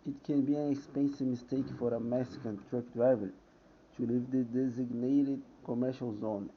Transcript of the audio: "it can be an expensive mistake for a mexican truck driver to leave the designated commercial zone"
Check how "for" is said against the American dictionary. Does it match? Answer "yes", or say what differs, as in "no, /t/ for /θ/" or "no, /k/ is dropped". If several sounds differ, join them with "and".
yes